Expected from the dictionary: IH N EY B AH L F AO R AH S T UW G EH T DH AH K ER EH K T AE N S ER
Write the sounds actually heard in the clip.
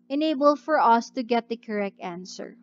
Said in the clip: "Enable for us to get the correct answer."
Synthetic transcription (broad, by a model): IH N EY B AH L F AO R AH S T UW G EH T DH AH K ER EH K T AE N S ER